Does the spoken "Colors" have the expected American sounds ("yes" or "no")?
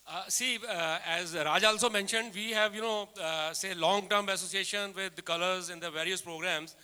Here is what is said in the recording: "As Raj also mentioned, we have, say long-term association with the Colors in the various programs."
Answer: yes